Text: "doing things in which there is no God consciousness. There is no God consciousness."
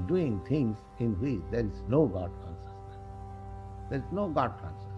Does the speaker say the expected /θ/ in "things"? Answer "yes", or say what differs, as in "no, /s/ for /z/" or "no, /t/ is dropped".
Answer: no, /t/ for /θ/